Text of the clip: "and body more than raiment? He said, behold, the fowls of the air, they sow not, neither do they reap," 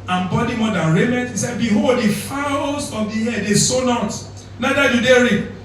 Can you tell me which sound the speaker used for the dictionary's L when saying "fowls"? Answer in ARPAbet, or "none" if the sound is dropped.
none